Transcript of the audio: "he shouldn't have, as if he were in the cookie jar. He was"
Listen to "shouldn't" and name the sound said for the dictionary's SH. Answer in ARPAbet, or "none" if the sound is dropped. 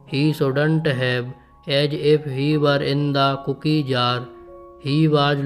S